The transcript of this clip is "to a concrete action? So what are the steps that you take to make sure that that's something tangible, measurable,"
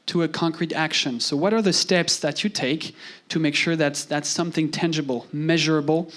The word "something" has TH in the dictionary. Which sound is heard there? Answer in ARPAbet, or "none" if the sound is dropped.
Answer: TH